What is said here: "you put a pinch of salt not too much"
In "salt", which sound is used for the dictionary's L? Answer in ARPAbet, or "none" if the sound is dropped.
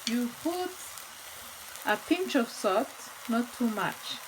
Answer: none